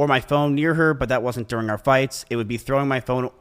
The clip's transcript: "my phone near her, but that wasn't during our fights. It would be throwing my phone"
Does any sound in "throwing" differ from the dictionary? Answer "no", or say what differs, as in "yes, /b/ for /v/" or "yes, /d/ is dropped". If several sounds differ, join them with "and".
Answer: no